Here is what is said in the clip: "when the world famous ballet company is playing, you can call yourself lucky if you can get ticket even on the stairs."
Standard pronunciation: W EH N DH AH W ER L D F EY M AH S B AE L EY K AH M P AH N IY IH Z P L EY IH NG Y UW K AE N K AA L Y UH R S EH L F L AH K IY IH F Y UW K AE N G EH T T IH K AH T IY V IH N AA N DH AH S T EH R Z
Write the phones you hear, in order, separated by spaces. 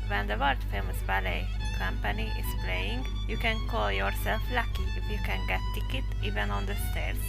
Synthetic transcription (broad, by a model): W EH N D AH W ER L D F EY M AH S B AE L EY K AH M P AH N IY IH S P L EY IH NG Y UW K AE N K AA L Y UH R S EH L F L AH K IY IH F Y UW K AE N G EH T T IH K AH T IY V IH N AA N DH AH S T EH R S